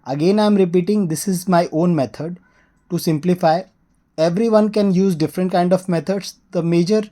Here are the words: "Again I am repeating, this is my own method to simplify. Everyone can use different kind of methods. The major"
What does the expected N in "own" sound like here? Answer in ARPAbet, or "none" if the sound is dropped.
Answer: N